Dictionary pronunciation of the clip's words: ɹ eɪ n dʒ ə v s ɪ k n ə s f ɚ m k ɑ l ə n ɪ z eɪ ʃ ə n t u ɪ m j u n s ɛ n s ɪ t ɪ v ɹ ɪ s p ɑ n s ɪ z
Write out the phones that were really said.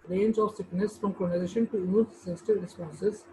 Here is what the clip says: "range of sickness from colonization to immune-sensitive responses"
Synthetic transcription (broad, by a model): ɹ eɪ n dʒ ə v s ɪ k n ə s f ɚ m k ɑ n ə ɪ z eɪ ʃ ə n t u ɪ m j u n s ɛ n s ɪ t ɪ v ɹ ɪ s p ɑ n s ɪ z